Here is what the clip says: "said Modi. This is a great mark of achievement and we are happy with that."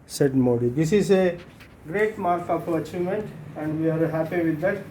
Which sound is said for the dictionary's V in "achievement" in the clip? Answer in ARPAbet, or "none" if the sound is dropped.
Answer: none